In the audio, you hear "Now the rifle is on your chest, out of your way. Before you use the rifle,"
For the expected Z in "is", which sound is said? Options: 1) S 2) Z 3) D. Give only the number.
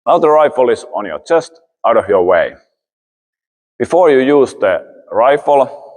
1